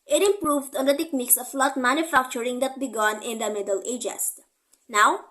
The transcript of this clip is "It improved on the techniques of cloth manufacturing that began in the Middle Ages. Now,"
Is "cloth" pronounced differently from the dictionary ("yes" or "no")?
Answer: yes